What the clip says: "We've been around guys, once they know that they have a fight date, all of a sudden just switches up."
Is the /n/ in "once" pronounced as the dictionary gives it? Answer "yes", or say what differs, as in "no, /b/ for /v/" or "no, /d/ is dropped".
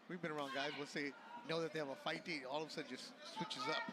no, /l/ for /n/